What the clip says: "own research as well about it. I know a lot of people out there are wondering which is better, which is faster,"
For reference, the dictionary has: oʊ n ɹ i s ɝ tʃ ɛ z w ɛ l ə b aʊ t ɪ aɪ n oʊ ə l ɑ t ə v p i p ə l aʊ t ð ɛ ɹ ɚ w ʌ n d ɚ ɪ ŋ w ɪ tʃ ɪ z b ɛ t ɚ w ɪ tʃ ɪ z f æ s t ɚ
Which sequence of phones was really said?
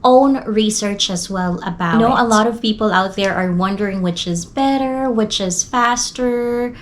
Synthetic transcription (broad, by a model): oʊ n ɹ i s ɝ tʃ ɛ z w ɛ l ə b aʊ ɪ n oʊ ə l ɑ t ə v p i p l aʊ t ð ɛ ɹ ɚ w ʌ n d ɚ ɪ ŋ w ɪ tʃ ɪ z b ɛ t ɚ w ɪ tʃ ɪ z f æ s t ɚ